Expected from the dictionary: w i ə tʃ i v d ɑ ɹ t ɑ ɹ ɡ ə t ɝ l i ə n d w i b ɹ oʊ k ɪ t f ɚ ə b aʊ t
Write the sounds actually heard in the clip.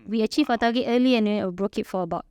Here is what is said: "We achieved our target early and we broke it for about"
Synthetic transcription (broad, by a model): w i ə tʃ i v ɑ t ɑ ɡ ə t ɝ l i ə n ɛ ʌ b ɹ oʊ k ɪ t f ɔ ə b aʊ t